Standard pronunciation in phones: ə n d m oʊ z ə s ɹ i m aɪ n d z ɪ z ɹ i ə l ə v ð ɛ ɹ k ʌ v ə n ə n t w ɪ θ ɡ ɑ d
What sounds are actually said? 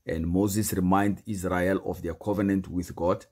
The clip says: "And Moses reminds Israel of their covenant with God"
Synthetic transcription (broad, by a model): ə n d m oʊ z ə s ɹ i m aɪ n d ɪ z ɹ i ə l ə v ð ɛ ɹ k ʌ v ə n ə n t w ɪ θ ɡ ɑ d